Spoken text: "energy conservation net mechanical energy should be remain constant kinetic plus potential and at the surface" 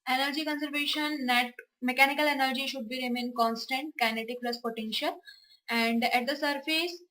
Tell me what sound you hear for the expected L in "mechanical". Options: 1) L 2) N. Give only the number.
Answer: 1